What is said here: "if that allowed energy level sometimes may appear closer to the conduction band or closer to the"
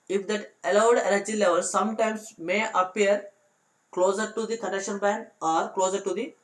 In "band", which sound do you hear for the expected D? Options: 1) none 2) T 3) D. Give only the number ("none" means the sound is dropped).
1